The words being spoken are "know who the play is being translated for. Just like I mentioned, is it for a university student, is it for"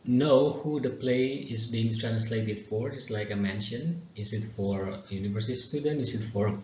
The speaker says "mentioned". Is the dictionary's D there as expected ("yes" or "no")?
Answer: no